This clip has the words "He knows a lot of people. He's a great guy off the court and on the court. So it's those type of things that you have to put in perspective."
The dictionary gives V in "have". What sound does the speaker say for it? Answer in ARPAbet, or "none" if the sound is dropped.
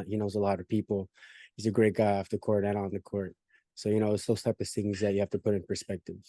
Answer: F